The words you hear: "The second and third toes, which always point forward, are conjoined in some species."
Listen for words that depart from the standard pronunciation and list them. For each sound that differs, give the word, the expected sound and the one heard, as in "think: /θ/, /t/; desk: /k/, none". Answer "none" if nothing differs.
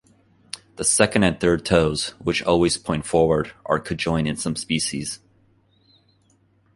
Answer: conjoined: /n/, none; conjoined: /d/, none